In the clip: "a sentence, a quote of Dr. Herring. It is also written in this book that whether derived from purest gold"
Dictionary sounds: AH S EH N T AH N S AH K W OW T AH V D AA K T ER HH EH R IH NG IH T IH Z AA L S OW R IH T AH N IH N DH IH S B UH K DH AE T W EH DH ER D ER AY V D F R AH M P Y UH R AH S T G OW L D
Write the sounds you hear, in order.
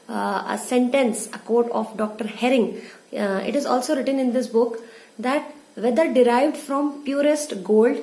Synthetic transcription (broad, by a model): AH S EH N T AH N S AH K OW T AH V D AA K T ER HH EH R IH NG IH T IH Z AA L S OW R IH T AH N IH N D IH S B UH K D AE T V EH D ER D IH AY V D F R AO M P Y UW R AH S T G OW L D